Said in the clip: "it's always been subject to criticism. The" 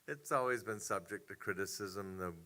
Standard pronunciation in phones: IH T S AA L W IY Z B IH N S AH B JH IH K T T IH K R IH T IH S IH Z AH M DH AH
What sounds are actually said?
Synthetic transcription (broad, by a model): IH T S AA L W IY Z B IH N S AH B JH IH K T T IH K R IH T IH S IH Z AH M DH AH